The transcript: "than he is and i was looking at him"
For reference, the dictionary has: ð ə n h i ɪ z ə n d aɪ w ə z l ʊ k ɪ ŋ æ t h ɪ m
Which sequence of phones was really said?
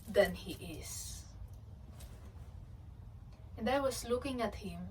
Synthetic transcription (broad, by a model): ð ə n h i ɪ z ə n d aɪ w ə s l ʊ k ɪ ŋ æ t h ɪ m